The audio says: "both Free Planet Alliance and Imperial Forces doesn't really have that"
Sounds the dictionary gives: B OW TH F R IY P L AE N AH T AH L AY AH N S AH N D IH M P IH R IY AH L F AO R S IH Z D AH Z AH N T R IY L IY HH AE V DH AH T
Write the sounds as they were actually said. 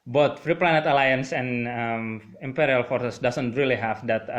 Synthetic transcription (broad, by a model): B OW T F R IY P L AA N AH T AH L AY AH N S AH N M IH M P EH R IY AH L F AO R S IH S D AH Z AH N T R IY L IY HH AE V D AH T